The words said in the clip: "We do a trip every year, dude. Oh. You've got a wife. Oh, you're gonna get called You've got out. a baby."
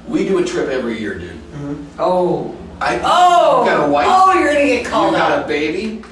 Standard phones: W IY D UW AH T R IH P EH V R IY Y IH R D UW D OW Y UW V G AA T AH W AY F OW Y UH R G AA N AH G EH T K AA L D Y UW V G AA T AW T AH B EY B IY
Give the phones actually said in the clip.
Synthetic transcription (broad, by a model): W IY D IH AH T R IH P EH V R IY Y IH R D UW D OW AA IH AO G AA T AH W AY OW Y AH R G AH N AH G EH T K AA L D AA UH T AH B EY B IY